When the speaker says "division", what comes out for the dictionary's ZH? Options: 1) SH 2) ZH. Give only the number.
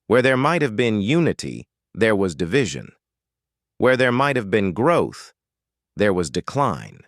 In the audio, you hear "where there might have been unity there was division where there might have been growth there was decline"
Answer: 2